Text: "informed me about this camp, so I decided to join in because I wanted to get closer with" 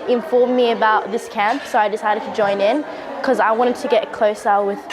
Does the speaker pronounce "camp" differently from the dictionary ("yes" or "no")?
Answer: no